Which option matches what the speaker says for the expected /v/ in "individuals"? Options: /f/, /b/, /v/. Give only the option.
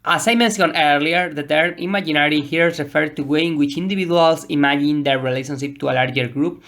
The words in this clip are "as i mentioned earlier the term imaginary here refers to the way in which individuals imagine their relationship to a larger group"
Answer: /b/